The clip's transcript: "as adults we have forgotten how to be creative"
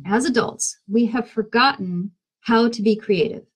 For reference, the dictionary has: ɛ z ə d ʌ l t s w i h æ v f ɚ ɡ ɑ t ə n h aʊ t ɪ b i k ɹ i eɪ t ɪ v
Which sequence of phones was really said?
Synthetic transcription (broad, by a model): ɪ z ə d ʌ l t s w i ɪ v f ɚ ɡ ɑ t n h aʊ t ɪ b i k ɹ i eɪ t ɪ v